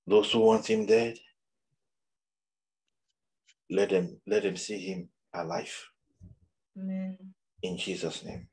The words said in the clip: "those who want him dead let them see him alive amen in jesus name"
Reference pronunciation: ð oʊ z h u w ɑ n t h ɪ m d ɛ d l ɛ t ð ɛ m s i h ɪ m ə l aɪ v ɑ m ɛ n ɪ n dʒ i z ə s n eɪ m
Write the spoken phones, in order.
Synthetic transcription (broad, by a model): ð oʊ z h u w ɑ n t h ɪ m d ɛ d l ɛ t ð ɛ m s i h ɪ m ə l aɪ ɑ ɪ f ɪ n dʒ i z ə s n eɪ m